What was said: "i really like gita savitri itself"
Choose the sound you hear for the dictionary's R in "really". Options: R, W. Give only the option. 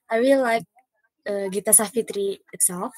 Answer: W